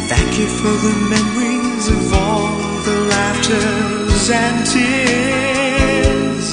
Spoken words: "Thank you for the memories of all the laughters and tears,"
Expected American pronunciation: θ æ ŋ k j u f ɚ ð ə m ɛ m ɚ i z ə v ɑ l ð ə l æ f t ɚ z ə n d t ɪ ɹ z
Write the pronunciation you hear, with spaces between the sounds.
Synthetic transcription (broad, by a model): θ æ ŋ k j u f ɚ ð ə m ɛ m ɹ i z ə v ɑ l ð ə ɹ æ p t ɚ z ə n t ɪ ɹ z